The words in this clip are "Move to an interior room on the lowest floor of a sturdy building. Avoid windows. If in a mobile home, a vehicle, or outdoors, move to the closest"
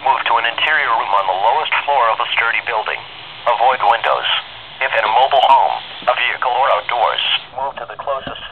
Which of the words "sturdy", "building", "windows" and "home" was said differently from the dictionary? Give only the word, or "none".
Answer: none